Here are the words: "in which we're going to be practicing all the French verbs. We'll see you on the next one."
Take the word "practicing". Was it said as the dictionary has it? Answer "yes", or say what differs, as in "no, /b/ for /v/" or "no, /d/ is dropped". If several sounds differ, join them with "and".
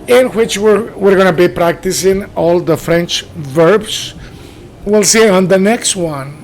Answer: yes